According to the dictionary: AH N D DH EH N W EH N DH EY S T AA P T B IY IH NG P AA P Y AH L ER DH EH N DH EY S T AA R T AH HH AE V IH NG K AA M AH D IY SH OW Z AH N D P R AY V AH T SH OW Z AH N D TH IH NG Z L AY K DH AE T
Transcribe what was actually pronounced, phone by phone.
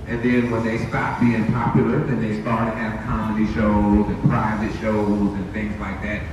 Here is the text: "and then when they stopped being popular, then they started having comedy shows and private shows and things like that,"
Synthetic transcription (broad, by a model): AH N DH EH N W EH N DH EY S T AA T B IY IH NG P AA P Y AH L ER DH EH N DH EY S T AA R T AH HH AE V K AA M AH D IY SH OW Z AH N P R AY V AH T SH OW Z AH N TH IH NG Z L AY K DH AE T